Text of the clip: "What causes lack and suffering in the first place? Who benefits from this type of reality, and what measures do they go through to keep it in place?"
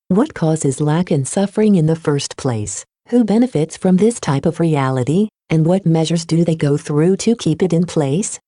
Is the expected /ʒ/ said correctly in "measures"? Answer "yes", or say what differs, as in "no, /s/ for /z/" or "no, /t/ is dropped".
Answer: yes